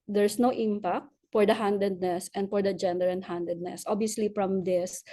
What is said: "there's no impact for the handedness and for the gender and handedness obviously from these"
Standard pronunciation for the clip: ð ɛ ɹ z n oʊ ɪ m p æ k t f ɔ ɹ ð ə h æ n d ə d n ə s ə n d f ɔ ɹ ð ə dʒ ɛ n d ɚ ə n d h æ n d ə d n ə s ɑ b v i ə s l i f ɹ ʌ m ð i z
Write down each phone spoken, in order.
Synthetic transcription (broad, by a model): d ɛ ɹ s n oʊ ɪ m p æ k t f ɔ ɹ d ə h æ n d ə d n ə s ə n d f ɔ ɹ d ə dʒ ɛ n d ɚ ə n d h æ n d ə d n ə s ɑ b i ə s l i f ɹ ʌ m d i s